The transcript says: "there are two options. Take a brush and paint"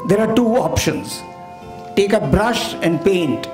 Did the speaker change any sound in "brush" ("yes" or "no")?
no